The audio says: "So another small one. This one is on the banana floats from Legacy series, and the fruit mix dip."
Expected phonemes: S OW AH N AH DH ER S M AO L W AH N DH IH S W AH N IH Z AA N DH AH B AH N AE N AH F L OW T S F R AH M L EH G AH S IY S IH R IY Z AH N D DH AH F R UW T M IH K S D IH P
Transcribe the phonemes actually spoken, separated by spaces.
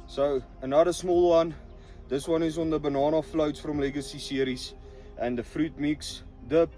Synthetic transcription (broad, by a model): S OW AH N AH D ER S M AO L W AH N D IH S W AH N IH S AA N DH AH B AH N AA N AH F L OW T S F R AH M L EH G AH S IY S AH R IY S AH N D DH AH F R UW T M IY K S D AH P